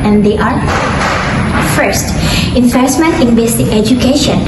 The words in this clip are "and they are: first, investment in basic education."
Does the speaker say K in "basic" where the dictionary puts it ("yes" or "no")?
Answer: no